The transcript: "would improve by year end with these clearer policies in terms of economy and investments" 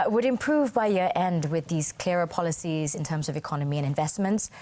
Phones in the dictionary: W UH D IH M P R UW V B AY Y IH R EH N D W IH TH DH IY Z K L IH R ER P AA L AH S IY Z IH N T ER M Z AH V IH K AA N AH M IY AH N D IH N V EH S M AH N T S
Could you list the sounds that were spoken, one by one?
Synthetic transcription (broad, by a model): W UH D IH M P R UW V B AY Y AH R EH N D W IH DH IY Z K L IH R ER P AA L AH S IY Z IH N T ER M Z AH V IH K AA N AH M IY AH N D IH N V EH S M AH N T S